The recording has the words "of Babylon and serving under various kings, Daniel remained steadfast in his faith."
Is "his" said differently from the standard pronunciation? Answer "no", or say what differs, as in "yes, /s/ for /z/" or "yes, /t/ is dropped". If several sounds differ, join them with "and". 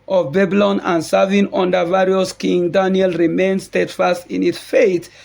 yes, /s/ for /z/